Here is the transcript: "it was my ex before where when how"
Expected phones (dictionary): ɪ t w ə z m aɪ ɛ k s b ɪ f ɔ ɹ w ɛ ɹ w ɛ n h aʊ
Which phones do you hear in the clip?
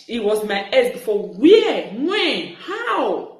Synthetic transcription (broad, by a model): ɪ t w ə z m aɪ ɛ s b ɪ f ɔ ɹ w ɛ w ɛ n h aʊ